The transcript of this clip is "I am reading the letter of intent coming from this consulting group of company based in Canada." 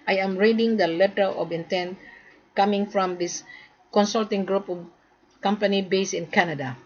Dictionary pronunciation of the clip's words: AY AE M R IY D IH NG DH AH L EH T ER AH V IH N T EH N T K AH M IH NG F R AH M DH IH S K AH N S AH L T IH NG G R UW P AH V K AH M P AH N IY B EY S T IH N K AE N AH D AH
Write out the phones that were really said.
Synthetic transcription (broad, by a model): AY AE M R IY D IH NG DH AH L EH T ER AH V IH N T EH N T K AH M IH NG F R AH M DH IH S K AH N S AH L T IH NG G R UW P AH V K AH M P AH N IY B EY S IH N K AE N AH D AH